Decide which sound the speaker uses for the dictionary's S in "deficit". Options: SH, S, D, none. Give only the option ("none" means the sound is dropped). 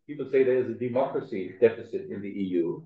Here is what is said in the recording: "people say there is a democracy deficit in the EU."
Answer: S